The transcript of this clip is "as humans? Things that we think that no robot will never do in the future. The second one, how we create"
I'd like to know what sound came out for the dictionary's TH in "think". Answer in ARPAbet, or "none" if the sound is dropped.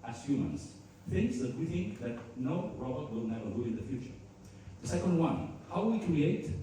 TH